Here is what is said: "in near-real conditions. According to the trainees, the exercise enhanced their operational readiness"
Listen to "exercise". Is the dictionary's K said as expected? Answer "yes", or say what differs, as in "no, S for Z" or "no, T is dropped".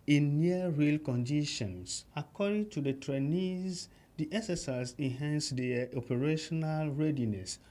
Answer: no, K is dropped